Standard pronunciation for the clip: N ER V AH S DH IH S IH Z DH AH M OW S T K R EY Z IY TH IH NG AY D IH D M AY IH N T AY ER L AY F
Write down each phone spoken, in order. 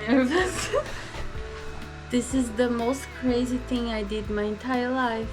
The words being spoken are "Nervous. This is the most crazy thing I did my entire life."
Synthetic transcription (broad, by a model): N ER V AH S DH IH S IH Z DH AH M OW S T K R EY Z IY TH IH NG AY D IH D M AY IH N T AY ER L AY F